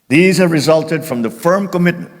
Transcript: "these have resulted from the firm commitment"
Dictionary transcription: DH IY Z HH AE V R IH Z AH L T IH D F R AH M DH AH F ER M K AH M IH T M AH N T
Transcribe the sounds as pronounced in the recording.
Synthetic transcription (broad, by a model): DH IY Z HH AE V R IH Z AH L T IH D F R AH M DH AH F ER M K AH M IH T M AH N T